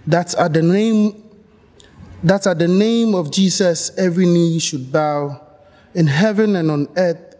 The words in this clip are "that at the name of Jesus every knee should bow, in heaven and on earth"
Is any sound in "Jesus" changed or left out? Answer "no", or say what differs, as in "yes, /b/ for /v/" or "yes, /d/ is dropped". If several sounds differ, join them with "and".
yes, /s/ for /z/